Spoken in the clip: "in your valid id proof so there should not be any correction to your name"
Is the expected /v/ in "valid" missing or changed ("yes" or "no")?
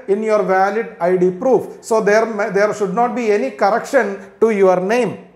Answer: no